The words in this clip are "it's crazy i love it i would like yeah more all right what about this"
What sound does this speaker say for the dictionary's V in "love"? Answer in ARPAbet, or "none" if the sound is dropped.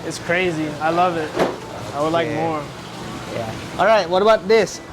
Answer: V